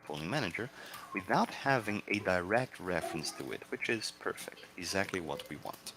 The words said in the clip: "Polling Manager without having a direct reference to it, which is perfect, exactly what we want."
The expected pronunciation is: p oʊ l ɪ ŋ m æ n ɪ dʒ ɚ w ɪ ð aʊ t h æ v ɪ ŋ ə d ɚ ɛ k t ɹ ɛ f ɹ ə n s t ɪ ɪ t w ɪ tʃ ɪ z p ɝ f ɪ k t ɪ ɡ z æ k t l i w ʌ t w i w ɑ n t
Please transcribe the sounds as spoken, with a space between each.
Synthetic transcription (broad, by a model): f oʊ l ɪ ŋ m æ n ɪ dʒ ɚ w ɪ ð aʊ t h æ v ɪ ŋ ə d ɚ ɛ k t ɹ ɛ f ɹ ə n s t ɪ ɪ t w ɪ tʃ ɪ z p ɝ f ɪ k t ɪ ɡ z æ k t l i w ʌ t w i w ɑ n t